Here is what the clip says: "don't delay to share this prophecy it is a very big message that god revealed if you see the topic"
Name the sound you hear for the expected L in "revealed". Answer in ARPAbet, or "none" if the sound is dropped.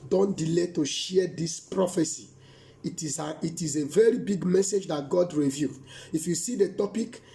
none